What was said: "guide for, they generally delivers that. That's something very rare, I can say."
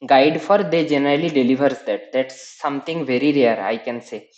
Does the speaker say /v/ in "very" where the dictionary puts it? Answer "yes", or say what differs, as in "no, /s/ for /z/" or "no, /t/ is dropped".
yes